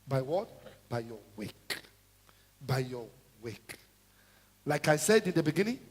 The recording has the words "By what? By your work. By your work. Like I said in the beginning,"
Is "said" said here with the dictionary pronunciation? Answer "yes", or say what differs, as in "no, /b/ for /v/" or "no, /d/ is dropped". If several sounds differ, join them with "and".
yes